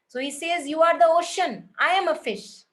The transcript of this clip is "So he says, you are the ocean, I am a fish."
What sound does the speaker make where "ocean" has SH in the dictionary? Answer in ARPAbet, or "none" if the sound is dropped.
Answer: SH